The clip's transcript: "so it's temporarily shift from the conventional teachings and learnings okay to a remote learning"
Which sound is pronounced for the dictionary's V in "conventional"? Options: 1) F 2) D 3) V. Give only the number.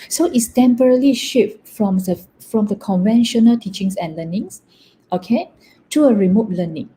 3